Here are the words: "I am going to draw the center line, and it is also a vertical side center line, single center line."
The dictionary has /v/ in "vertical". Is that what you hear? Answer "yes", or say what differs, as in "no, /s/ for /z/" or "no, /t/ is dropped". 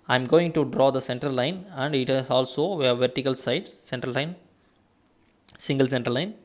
yes